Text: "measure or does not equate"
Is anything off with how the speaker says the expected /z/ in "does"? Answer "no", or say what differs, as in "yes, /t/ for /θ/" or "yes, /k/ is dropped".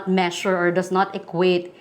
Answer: yes, /s/ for /z/